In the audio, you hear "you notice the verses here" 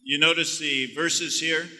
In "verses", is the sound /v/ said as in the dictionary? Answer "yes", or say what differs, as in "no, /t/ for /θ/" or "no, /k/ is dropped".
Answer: yes